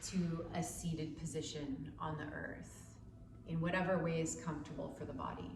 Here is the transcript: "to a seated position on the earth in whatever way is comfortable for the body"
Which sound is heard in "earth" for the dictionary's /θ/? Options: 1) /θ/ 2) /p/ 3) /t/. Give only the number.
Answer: 1